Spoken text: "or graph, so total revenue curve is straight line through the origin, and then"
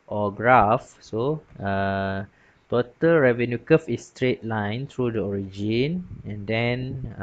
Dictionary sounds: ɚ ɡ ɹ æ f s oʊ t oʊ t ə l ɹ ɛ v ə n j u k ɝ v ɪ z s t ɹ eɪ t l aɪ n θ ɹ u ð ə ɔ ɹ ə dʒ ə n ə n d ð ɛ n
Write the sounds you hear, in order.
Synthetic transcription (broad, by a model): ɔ ɡ ɹ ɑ f s oʊ t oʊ t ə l ɹ ɛ v ə n j u k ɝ f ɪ s t ɹ eɪ t l aɪ n t ɹ u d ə ɔ ɹ ə dʒ ə n ə n d ɛ n